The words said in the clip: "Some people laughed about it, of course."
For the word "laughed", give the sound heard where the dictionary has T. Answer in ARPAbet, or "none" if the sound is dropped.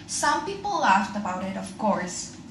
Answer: T